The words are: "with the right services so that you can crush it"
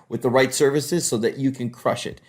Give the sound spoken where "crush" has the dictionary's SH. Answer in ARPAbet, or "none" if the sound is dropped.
SH